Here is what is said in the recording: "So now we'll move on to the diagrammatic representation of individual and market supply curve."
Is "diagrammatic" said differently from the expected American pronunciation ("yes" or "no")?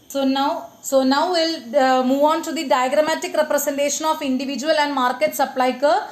no